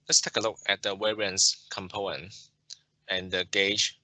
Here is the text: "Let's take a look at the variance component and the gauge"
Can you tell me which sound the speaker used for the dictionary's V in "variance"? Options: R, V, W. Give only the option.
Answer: W